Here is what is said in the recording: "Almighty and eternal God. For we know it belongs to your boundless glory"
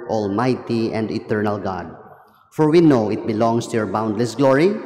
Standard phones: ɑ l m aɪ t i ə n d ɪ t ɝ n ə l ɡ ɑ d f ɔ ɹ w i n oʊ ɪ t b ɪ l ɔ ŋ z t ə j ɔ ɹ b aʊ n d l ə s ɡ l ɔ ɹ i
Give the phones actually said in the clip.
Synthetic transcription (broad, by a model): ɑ l m aɪ t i ə n d ɪ t ɝ n ə l ɡ ɑ d f ɔ ɹ w i n oʊ ɪ t b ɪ l ɔ ŋ s t ə j ɔ ɹ b aʊ n d l ə s ɡ l ɔ ɹ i